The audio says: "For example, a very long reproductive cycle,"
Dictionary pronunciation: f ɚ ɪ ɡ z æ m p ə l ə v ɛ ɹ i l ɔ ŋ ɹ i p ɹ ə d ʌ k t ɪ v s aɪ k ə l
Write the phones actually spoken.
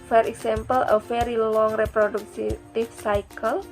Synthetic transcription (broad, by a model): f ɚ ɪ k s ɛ m p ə l ə f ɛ ɹ i l ɔ ŋ ɹ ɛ p ɹ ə d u k t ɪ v s aɪ k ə l